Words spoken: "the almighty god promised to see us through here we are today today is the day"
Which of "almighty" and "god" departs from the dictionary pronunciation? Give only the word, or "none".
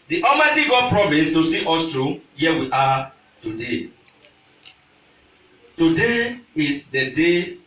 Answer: almighty